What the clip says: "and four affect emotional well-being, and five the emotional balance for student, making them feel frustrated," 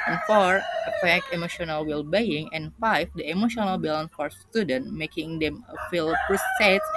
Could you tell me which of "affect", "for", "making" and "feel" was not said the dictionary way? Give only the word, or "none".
affect